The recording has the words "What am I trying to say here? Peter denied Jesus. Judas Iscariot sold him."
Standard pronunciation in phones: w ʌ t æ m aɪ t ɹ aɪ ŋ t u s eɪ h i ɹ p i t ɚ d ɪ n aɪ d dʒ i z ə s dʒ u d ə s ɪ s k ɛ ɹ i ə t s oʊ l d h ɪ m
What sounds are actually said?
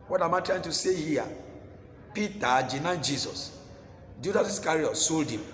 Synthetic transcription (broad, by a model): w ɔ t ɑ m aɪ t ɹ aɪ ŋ t u s eɪ h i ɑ p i t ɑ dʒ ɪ n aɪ dʒ i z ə s dʒ u d ə s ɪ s k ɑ ɹ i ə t s oʊ l d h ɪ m